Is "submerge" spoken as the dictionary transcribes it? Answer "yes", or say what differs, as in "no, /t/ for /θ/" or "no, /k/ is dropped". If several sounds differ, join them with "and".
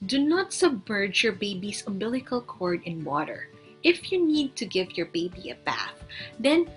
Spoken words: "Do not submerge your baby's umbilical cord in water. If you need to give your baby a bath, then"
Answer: yes